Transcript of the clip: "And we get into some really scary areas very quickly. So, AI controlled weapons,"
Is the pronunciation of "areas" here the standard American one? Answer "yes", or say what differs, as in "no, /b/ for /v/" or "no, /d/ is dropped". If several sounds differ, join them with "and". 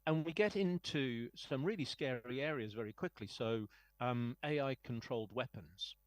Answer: yes